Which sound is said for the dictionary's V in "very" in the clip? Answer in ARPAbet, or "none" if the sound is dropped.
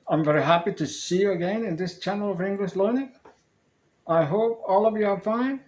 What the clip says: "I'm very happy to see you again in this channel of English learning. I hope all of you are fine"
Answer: V